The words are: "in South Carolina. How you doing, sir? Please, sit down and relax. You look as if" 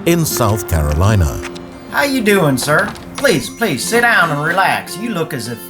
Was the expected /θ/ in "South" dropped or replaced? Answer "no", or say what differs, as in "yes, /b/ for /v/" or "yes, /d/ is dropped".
no